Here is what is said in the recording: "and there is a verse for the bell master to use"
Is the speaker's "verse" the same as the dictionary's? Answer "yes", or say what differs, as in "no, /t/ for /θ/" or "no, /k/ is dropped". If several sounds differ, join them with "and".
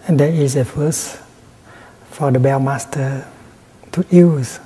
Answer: no, /f/ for /v/